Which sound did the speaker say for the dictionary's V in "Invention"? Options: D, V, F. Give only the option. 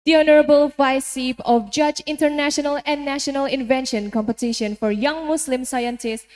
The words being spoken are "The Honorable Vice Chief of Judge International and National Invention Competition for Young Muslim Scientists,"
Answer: V